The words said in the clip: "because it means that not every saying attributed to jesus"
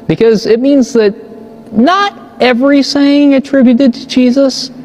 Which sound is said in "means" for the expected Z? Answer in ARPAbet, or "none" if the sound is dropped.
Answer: Z